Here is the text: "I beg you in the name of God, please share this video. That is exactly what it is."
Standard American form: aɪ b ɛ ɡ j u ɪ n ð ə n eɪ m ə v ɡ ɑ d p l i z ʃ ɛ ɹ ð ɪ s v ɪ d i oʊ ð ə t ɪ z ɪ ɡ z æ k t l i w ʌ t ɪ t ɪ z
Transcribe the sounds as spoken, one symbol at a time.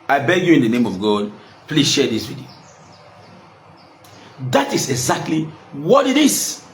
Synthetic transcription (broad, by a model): aɪ b ɛ ɡ j u ɪ n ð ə n eɪ m ə v ɡ ɑ d p l i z ʃ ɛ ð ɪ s w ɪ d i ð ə t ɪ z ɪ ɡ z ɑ k t l i w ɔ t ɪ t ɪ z